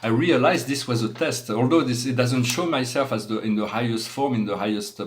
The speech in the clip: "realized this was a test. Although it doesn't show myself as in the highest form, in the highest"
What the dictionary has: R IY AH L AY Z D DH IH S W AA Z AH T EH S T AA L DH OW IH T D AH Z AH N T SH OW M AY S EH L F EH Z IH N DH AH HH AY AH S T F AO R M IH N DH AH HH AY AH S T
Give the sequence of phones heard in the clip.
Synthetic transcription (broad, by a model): R IY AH L AY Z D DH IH S W AA Z AH T EH S T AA L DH OW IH T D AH Z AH N T SH OW M AY S EH L F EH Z IH N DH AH HH AY AH S T F AO R M IH N DH AH HH AY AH S T